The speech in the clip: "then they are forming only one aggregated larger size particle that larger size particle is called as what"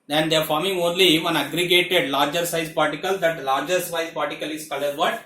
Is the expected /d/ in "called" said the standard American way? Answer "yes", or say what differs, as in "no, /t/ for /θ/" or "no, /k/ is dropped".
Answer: no, /d/ is dropped